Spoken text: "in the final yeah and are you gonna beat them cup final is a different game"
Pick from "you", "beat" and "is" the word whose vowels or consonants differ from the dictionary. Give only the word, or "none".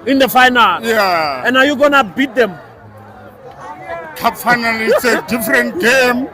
is